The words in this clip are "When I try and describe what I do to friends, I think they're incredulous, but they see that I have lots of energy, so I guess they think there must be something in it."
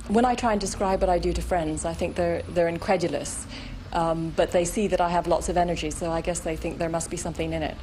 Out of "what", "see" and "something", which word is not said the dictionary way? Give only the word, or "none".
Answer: none